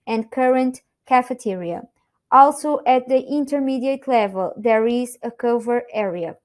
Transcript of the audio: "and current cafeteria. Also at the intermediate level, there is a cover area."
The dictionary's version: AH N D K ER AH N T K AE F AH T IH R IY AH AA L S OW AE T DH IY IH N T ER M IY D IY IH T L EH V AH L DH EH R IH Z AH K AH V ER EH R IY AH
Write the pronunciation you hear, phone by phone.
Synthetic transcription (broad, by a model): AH N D K ER AH N T K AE F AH T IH R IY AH AA L S OW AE T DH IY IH N T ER M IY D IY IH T L EH V AH L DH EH R IH Z AH K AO V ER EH R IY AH